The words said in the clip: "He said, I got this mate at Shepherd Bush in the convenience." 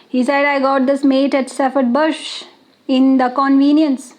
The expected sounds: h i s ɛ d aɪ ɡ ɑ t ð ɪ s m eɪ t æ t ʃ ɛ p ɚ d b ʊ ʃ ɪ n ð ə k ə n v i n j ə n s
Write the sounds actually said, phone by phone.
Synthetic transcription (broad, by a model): h i s ɛ d aɪ ɡ ɑ t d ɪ s m eɪ t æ t s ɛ f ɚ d b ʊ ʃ ɪ n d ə k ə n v i n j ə n s